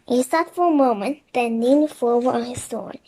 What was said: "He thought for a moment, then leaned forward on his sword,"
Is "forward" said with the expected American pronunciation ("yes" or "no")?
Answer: no